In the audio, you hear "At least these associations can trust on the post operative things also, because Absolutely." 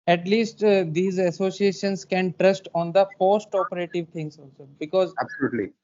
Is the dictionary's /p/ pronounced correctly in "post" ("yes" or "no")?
no